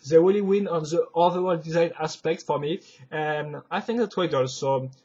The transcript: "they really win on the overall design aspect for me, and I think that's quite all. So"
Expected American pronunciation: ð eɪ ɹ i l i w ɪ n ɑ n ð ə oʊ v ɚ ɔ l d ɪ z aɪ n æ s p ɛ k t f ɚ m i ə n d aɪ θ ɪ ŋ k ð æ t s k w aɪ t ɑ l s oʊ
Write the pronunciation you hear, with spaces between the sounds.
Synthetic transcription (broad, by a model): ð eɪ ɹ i l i w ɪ n ɑ n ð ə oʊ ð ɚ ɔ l d ɪ z aɪ n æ s p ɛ k t f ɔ m i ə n aɪ θ ɪ ŋ k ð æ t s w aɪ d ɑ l s oʊ